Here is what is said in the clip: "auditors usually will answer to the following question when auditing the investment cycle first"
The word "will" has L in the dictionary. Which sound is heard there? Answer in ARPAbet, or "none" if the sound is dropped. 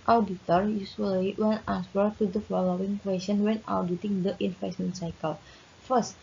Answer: N